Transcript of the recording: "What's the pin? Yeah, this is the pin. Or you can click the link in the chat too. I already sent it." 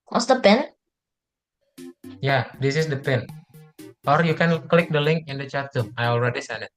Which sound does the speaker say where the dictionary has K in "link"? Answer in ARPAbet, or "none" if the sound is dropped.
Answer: K